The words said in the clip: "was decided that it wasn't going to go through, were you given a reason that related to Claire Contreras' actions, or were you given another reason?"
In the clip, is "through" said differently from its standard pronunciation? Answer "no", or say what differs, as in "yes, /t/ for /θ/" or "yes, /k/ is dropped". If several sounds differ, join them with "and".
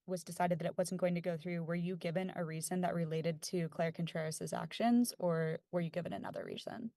no